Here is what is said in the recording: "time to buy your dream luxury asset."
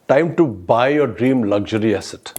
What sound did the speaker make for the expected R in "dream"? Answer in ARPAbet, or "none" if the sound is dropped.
R